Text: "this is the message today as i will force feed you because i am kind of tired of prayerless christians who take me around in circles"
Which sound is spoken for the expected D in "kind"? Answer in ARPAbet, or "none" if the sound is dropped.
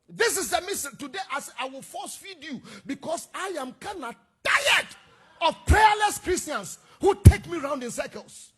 none